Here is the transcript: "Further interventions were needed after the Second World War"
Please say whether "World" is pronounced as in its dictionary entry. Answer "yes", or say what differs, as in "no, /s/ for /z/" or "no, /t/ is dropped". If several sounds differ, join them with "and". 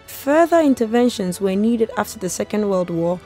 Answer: yes